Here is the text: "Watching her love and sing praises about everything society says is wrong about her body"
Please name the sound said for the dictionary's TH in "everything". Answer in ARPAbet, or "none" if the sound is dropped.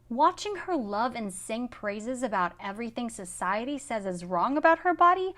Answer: TH